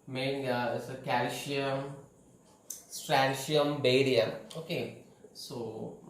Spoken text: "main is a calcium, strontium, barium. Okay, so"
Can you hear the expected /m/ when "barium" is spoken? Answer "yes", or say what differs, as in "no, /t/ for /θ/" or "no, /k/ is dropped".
no, /m/ is dropped